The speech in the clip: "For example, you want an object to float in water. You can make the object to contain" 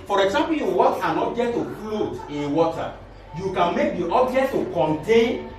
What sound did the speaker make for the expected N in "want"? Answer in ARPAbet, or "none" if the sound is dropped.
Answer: none